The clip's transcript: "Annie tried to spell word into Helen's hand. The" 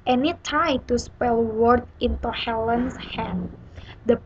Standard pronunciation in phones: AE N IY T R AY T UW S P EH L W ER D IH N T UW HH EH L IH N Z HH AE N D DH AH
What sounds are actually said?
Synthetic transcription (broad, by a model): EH N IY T AY T UW S P EH L W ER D IH N T UW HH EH L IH N S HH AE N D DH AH